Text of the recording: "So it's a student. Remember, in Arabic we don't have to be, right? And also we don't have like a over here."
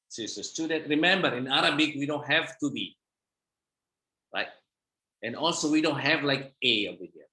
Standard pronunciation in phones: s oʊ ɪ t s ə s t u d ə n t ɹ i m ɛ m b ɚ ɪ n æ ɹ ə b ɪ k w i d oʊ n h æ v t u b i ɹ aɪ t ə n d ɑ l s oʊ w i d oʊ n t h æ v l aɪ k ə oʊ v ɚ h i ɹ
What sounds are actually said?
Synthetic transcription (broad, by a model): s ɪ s ə s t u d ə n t ɹ i m ɛ m b ɚ ɪ n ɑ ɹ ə b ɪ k w i d oʊ n h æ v t u b i ɹ aɪ t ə n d ɑ l s oʊ w i d oʊ n t h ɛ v l aɪ k ə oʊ i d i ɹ